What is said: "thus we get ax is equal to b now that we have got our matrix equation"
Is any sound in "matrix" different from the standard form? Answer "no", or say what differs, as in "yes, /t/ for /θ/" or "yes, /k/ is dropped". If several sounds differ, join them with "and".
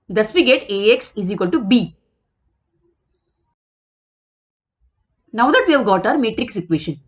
no